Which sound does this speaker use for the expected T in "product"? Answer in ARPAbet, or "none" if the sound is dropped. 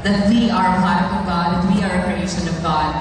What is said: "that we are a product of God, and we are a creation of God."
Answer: none